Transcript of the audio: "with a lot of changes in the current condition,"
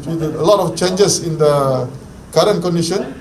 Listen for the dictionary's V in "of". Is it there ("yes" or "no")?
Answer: no